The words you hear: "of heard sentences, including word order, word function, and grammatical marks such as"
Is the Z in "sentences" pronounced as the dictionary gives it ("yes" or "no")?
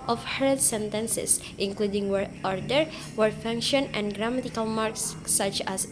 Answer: no